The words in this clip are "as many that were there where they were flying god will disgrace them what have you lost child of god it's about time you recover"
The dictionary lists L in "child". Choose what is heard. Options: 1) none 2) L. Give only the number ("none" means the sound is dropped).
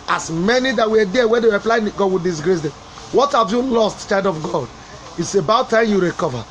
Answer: 1